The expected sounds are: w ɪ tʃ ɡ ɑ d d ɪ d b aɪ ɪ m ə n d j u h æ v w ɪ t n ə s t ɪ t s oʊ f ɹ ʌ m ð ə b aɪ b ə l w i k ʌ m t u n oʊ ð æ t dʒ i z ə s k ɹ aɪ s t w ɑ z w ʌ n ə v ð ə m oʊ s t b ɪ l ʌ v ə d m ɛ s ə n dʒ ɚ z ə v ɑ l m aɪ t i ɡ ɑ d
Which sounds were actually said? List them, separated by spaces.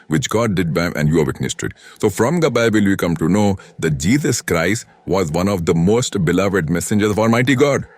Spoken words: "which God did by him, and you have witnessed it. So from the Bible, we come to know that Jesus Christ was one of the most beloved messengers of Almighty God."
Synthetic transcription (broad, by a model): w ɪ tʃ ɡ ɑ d d ɪ d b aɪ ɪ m ə n d j u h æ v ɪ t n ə s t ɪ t s oʊ f ɹ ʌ m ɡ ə b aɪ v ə l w i k ʌ m t u n oʊ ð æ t dʒ i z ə s k ɹ aɪ s t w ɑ z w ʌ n ə v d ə m oʊ s t b ɪ l ʌ v ə d m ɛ s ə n dʒ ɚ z ə v ɑ l m aɪ t i ɡ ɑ d